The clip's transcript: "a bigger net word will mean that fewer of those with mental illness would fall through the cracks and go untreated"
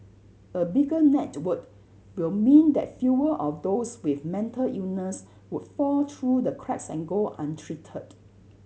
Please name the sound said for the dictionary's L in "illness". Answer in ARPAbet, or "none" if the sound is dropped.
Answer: none